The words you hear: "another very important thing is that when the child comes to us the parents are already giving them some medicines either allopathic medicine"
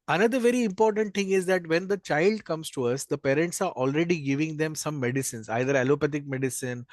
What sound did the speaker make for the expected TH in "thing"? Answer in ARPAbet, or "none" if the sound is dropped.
T